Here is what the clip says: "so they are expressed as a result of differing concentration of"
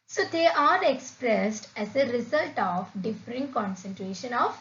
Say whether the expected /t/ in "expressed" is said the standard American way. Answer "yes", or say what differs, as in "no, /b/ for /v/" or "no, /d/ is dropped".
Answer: yes